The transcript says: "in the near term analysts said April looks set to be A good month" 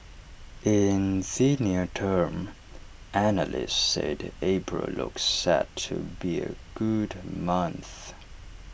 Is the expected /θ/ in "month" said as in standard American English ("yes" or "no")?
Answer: yes